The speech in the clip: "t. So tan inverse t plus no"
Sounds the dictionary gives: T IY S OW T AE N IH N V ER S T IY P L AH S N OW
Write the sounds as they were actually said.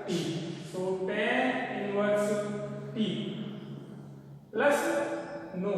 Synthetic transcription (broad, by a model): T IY S OW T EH IH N W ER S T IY L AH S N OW